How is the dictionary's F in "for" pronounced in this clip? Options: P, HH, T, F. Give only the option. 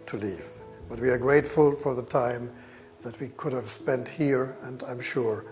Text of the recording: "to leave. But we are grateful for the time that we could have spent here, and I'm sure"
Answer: F